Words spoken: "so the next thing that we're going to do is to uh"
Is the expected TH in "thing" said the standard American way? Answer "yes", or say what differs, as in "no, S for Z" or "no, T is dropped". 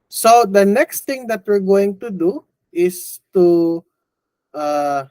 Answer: no, T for TH